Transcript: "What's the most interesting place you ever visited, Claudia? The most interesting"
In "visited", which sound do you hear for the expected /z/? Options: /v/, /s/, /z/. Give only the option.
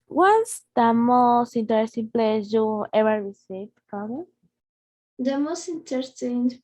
/s/